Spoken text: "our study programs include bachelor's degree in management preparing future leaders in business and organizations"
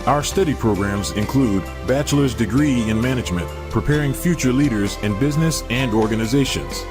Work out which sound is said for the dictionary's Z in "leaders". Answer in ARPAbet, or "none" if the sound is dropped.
Z